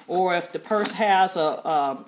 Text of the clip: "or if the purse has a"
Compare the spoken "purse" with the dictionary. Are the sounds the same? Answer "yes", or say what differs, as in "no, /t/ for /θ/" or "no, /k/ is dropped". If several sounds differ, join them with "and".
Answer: yes